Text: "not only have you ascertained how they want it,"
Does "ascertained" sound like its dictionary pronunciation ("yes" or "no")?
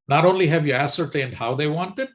yes